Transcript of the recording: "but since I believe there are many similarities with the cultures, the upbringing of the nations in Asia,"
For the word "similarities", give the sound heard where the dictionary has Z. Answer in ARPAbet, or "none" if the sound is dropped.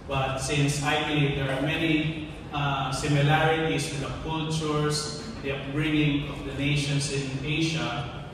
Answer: S